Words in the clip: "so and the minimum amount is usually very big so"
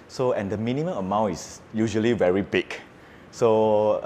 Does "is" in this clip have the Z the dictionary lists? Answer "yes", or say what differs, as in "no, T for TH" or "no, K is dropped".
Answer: no, S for Z